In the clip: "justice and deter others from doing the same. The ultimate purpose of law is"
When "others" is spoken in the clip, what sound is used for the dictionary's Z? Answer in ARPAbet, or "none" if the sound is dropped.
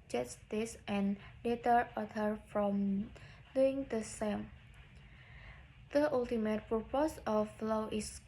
none